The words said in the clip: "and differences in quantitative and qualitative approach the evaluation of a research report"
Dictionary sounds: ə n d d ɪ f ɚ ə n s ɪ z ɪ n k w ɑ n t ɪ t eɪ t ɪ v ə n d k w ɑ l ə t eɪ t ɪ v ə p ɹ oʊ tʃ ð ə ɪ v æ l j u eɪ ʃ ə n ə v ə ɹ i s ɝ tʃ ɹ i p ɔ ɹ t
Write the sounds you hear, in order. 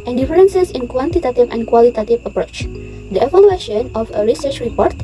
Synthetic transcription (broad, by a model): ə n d d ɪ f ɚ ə n s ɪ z ɪ n k w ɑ n t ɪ t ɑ t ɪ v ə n k w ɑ l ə t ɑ t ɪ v ə p ɹ oʊ tʃ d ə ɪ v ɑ l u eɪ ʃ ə n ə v ə ɹ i s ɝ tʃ ɹ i p ɔ ɹ t